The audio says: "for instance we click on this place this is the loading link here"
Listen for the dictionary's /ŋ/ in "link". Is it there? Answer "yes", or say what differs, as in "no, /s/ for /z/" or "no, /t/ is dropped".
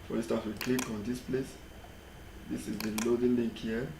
no, /ŋ/ is dropped